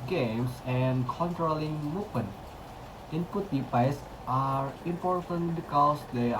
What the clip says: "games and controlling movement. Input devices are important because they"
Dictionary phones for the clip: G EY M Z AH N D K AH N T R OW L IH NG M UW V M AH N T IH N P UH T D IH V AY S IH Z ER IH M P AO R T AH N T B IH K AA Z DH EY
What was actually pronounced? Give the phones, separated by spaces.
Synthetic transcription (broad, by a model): G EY M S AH N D K AH N T R OW L IH NG M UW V M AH N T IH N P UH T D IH P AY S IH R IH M P AO R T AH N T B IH K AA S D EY